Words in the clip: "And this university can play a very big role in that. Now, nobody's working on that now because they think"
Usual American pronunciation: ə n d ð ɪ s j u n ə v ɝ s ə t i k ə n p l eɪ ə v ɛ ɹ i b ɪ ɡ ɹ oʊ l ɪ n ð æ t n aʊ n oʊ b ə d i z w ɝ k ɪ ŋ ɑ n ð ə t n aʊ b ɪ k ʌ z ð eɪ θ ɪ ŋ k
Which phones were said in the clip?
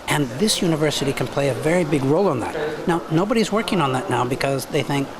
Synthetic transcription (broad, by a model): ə n ð ɪ s j u n ə v ɝ s ə t i k ə n p l eɪ ə v ɛ ɹ i b ɪ ɡ ɹ oʊ l ɪ n ð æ t n aʊ n oʊ b ə d i z w ɝ k ɪ ŋ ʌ n ð ə t n aʊ b ɪ k ʌ z ð eɪ θ ɪ ŋ k